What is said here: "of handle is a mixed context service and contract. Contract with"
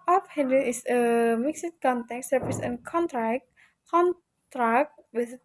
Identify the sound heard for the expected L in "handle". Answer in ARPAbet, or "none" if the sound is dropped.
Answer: N